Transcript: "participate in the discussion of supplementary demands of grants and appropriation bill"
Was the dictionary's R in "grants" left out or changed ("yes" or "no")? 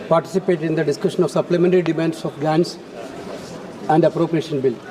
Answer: yes